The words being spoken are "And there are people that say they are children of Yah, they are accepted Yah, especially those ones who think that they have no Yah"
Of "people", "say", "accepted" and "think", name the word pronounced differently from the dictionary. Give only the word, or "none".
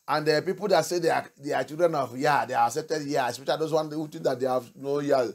think